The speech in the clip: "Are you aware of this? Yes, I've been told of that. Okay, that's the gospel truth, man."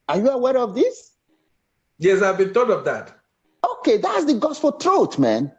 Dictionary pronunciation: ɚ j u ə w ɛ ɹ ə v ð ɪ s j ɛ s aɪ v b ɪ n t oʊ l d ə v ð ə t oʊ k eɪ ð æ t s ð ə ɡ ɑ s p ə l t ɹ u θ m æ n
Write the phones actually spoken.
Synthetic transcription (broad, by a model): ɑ j u ə w ɛ ɹ ə v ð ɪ s j ɛ s aɪ v b ɪ n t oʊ d ə v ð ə t oʊ k eɪ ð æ t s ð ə ɡ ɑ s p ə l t ɹ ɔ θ m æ n